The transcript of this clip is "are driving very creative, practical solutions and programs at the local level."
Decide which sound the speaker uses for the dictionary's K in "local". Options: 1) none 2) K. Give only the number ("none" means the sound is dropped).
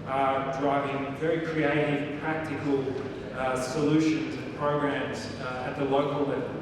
1